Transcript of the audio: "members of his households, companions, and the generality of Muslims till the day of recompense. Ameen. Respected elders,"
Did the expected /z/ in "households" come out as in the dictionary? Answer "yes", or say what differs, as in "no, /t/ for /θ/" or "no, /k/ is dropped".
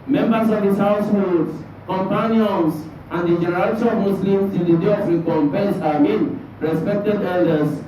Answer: no, /s/ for /z/